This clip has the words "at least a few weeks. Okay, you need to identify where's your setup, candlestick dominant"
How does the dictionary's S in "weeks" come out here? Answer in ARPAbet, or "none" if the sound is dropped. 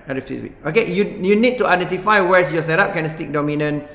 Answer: none